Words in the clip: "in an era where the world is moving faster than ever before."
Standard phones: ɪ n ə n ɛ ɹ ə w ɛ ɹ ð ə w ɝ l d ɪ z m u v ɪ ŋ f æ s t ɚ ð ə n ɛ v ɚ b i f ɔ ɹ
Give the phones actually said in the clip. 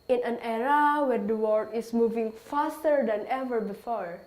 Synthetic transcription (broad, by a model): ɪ n ə n ɛ ɹ ə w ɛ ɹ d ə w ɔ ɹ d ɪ s m u v ɪ ŋ f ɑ s t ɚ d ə n ɛ v ɚ b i f ɔ ɹ